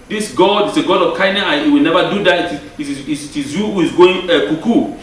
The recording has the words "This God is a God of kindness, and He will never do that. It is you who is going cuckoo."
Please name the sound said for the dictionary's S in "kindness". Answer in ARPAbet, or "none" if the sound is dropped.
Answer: none